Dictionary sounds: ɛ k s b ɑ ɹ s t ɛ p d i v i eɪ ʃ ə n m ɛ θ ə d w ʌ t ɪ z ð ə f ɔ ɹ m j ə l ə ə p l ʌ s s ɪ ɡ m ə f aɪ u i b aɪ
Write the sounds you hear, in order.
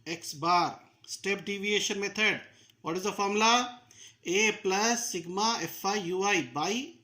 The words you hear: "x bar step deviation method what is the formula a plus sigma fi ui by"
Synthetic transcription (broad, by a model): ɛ k s b ɑ ɹ s t ɛ p d i v i eɪ ʃ ə n m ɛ t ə d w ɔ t ɪ z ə f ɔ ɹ m l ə ə p l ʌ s s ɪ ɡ m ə f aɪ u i b aɪ